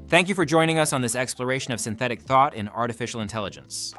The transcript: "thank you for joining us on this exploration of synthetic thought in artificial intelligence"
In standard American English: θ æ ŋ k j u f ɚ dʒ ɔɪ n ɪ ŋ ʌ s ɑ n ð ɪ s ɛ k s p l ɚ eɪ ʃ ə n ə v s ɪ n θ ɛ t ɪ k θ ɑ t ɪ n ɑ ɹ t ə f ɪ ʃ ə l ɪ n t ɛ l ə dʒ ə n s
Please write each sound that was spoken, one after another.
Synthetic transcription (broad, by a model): θ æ ŋ k j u f ɚ dʒ ɔɪ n ɪ ŋ ʌ s n ð ɪ s ɛ k s p l ɚ eɪ ʃ ə n ə v s ɪ n θ ɛ t ɪ k θ ɑ t ɪ n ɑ ɹ t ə f ɪ ʃ l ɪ n t ɛ l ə dʒ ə n s